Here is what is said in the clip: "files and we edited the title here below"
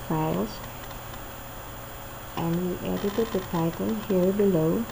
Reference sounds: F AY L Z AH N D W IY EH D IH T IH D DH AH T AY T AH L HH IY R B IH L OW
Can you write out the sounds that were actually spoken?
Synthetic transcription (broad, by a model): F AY L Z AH N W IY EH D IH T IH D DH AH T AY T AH N HH IY R B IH L OW